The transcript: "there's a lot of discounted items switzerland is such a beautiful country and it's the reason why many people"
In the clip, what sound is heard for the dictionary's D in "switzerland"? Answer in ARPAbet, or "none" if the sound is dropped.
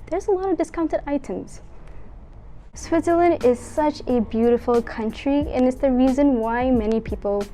D